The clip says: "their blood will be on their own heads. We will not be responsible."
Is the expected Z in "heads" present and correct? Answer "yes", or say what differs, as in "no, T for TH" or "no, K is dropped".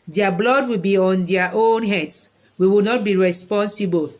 no, S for Z